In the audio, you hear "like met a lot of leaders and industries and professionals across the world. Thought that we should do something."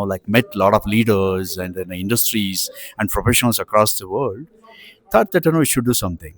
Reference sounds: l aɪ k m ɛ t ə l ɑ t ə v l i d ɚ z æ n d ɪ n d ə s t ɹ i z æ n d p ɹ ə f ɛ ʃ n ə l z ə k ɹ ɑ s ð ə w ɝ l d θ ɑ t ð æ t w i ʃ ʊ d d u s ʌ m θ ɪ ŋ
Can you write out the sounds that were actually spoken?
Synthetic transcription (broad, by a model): l aɪ k m ɛ t l ɑ t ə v l i d ɚ z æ n d ɪ n d ə s t ɹ i z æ n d p ɹ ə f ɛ ʃ ə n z ə k ɹ ɑ s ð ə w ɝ l d t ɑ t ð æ t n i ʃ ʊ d d u s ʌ m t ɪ ŋ